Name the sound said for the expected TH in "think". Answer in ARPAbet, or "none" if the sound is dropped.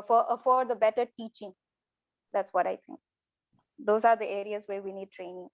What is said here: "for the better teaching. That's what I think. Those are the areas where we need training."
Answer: T